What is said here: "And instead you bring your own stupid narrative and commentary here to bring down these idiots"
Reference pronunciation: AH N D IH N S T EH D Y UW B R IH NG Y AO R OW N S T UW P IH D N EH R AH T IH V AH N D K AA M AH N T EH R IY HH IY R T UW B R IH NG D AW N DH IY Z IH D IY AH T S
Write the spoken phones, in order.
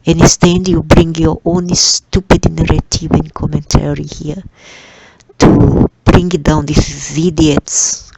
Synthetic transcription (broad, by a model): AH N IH S T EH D Y UW B R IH NG Y AO R OW N S T UW P IH D N EH R AH T IH V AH N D K AA M AH N T EH R IY HH IY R T UW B R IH NG D AW N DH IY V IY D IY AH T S